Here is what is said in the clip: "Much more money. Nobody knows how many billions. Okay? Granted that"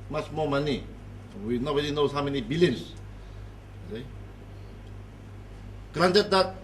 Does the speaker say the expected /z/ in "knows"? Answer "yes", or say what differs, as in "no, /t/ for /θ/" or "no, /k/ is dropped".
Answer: no, /z/ is dropped